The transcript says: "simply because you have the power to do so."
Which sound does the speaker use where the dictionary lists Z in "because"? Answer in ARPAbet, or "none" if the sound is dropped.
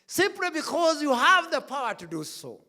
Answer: Z